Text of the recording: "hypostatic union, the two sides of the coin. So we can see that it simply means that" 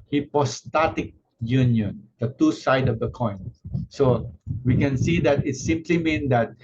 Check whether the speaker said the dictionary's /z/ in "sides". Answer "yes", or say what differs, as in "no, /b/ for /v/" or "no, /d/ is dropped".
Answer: no, /z/ is dropped